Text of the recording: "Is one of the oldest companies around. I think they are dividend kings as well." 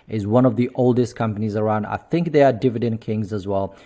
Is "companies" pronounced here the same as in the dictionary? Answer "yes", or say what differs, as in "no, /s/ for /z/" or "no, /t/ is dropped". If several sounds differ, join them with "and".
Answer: yes